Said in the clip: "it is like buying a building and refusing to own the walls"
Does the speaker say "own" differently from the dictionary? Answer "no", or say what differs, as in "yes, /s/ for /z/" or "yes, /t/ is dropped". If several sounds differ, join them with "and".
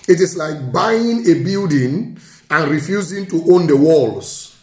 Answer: no